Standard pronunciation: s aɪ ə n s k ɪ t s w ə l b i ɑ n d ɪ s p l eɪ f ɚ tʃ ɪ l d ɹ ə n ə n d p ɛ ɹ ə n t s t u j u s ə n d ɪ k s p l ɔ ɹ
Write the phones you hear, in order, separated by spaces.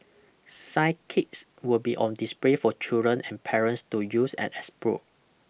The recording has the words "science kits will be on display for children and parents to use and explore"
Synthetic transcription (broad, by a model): s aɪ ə k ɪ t s w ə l b i ɑ n d ɪ s p l eɪ f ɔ tʃ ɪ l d ɹ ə n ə n p ɛ ɹ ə n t s t u j u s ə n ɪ s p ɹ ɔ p